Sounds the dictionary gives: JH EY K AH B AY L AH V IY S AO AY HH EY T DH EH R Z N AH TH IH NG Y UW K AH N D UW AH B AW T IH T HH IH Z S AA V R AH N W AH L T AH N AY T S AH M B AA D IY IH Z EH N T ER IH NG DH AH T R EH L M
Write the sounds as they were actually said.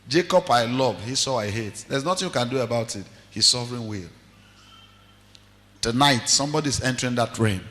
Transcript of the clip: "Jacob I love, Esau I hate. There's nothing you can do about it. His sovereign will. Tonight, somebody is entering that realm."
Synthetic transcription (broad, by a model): JH EY K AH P AY L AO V IY S AO AY HH EY T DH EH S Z N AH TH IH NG Y UW K AH N D UW AH B AW T IH T HH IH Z S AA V R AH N W AH L T AH N AY T S AH M B AA D IY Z EH N T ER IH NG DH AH T R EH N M